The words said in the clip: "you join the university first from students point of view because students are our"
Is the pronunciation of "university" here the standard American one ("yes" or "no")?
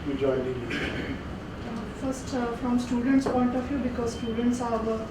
no